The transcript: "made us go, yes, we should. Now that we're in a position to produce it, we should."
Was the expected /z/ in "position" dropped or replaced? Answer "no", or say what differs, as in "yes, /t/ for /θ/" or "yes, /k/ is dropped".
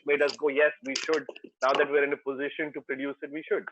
no